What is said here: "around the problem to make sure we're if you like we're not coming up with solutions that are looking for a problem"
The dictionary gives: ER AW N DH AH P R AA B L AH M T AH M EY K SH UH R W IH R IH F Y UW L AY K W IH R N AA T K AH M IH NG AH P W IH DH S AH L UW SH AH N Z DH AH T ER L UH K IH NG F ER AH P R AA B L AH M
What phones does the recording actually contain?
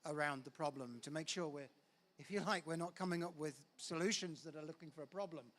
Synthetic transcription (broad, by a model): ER AW N DH AH P R AA B L AH M T AH M EY K SH UH R W IH R IH F Y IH L AY K W IH R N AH T K AH M IH NG AH P W IH DH S AH L UW SH AH N Z DH AH T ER L UH K IH NG F ER AH P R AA B L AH M